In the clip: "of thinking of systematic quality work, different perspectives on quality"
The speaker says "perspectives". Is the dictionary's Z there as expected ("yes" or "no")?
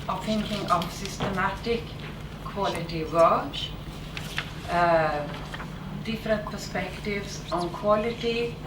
no